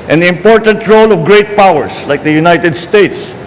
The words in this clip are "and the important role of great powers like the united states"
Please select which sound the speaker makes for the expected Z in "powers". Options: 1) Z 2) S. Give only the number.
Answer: 2